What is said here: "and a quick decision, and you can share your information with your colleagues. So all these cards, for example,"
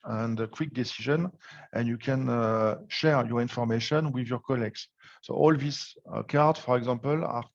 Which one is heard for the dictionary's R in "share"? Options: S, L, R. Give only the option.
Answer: R